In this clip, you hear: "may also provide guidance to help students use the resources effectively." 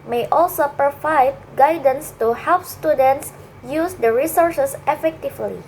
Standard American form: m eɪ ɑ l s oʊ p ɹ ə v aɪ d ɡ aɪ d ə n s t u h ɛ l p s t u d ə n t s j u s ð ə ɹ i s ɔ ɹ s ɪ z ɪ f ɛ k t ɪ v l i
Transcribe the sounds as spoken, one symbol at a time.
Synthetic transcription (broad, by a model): m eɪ ɑ l s oʊ p ɹ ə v aɪ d ɡ aɪ d ə n s t u h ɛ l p s t u d ə n t s j u s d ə ɹ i s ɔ ɹ s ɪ s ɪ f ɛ k t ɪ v l i